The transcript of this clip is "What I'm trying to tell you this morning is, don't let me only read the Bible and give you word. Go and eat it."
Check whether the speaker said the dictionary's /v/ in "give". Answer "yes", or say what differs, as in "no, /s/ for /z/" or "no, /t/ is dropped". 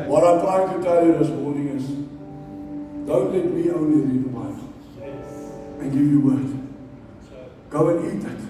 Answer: yes